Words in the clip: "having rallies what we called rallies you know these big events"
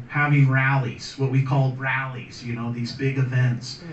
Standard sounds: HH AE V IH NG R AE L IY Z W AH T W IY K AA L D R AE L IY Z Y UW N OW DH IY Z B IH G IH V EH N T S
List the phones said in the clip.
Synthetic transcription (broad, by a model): HH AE V IH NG R AE L IY Z W AH T W IY K AA L D R AE L IY Z Y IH N OW DH IY Z B IH G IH V EH N T S